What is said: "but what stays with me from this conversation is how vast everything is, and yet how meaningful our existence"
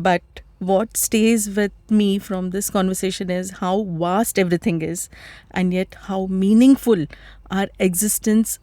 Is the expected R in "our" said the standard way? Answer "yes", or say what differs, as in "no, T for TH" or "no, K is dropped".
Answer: yes